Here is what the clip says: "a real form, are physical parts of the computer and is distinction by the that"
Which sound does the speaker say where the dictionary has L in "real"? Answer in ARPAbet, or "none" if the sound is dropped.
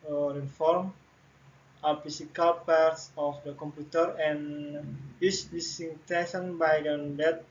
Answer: N